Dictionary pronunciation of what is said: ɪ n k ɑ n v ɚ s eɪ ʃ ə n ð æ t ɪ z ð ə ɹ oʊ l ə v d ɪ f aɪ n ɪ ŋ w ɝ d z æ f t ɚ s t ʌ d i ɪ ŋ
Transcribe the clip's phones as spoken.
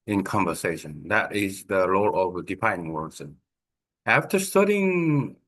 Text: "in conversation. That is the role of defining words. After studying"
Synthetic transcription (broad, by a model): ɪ n k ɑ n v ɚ s eɪ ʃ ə n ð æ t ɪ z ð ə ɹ oʊ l ə v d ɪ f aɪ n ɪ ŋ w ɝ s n æ f t ɚ s t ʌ d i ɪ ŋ